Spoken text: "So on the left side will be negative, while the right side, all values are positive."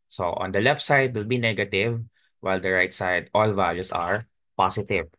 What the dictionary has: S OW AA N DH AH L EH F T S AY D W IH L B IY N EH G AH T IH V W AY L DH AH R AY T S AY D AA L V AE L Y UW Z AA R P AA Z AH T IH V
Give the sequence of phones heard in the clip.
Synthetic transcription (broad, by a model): S OW AA N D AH L EH F T S AY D W IH L B IY N EH G AH T IH V W AY L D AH R AY T S AY D AA L V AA L Y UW S AA R P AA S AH T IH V